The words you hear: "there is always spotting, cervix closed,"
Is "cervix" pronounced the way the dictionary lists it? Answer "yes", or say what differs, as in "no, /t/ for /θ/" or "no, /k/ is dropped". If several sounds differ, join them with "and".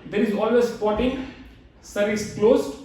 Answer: no, /v/ is dropped and /k/ is dropped